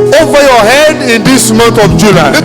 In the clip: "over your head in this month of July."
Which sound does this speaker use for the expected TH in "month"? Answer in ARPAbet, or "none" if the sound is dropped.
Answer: T